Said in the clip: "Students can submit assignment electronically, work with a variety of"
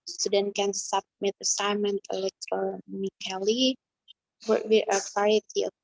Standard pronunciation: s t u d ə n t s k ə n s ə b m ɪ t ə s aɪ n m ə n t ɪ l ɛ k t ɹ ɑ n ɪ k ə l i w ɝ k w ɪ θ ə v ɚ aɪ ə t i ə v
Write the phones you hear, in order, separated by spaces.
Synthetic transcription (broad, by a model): s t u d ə n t k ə n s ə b m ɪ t ə s aɪ n m ə n t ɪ l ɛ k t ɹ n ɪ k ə l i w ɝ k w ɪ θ ə f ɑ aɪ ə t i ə